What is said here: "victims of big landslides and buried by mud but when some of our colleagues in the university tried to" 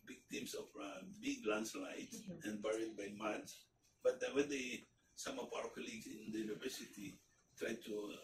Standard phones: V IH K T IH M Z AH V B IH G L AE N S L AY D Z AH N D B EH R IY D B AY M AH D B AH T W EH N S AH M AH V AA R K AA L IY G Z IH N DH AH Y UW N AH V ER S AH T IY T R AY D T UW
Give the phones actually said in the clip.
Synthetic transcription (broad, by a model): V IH K T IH M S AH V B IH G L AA N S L AY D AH N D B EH R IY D B AY M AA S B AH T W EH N S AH M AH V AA W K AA L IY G S IH N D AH Y UW N AH V ER S AH T IY T R AY D T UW